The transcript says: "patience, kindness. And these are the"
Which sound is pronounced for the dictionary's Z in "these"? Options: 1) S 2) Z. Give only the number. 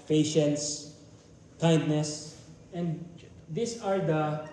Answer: 1